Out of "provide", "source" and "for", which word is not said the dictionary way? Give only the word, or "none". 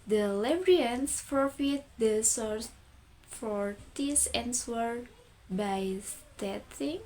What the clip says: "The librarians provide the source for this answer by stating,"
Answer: provide